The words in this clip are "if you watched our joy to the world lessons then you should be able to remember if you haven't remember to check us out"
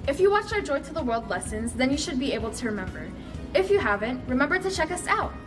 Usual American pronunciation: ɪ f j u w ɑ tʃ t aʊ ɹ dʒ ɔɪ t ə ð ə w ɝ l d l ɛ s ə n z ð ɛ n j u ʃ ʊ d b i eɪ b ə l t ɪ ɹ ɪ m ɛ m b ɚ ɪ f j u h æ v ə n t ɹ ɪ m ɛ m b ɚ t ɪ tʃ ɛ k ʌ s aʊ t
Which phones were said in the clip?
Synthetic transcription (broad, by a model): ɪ f j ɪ w ɑ tʃ aʊ ɹ dʒ ɔɪ t ə ð ə w ɝ l d l ɛ s ə n z ð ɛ n j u ʃ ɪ d b i eɪ b l t ɪ ɹ ɪ m ɛ m b ɚ ɪ f j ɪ h æ v ə n t ɹ ɪ m ɛ m b ɚ t ɪ tʃ ɛ k ʌ s aʊ t